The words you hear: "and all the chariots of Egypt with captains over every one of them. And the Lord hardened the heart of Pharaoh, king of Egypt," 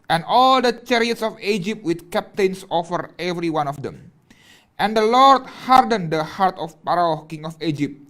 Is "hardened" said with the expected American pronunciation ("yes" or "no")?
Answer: yes